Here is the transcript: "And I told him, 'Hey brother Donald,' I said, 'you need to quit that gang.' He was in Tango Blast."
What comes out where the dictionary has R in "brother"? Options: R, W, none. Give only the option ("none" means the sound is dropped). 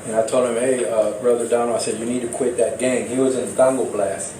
R